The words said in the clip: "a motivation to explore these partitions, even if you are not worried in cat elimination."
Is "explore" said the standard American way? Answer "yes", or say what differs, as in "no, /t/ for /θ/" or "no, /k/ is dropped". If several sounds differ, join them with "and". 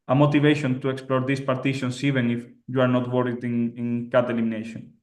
yes